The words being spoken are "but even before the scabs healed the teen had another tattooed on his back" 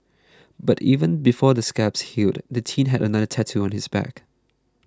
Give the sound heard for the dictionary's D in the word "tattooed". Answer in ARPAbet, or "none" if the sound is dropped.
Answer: none